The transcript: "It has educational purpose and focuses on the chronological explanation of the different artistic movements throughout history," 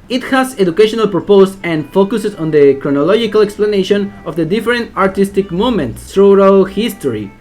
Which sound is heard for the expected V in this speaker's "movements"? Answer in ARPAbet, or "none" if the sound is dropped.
none